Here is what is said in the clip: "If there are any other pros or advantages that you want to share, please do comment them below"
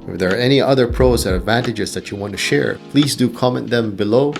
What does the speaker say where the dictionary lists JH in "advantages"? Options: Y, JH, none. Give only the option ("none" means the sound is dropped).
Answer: JH